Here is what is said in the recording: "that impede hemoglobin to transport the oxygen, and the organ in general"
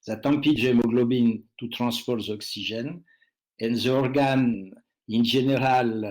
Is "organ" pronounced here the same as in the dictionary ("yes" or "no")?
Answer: yes